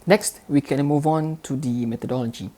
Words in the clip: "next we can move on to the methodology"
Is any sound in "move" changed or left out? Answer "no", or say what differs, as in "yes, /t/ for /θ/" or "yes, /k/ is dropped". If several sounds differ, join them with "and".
no